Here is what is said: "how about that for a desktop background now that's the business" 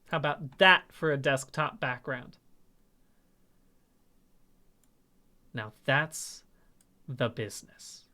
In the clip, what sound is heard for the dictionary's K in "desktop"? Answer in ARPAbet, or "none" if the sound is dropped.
K